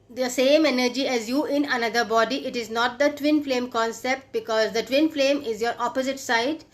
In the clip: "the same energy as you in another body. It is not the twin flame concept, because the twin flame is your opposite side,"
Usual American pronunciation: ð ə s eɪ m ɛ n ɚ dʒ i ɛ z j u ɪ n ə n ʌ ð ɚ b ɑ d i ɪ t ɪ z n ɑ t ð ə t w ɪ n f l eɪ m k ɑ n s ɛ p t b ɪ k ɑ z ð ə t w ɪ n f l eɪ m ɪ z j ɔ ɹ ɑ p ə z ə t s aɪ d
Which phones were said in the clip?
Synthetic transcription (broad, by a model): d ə s eɪ m ɛ n ɚ dʒ i ɛ z j u ɪ n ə n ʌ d ɚ b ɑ d i ɪ t ɪ z n ɑ t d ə t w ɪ n f l eɪ m k ɑ n s ɛ p t b ɪ k ɑ z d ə t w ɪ n f l eɪ m ɪ z j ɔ ɹ ɑ p ə z ə t s aɪ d